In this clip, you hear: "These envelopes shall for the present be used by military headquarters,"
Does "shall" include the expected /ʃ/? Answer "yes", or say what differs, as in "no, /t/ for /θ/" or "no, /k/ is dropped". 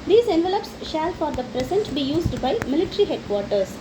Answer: yes